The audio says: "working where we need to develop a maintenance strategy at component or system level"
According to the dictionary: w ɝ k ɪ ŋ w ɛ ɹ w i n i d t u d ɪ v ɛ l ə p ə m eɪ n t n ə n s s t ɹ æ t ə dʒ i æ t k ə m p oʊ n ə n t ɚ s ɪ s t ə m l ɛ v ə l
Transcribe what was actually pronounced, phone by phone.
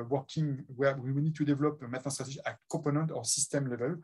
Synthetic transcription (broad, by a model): w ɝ k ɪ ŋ w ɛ w w i n i d t u d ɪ v l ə p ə m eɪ t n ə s s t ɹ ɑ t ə ʒ i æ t k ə p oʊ n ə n t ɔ s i s t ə m l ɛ v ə l